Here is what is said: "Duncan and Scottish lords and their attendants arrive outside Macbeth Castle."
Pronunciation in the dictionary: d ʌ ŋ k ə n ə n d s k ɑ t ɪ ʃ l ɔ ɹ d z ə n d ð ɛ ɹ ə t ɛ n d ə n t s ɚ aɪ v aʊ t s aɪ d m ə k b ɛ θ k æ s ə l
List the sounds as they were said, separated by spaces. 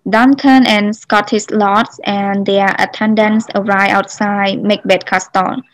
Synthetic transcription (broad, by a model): d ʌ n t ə n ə n s k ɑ t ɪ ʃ l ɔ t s ə n d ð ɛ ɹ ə t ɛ n d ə n s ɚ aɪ aʊ t s aɪ d m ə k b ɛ t k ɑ s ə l